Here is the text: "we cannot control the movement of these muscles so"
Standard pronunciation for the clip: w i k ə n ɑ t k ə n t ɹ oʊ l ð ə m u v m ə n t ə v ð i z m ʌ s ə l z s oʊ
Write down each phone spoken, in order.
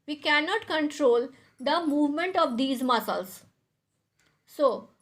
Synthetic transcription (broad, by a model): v i k ə n ɑ t k ə n t ɹ oʊ l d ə m u v m ə n t ə v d i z m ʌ s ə l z s oʊ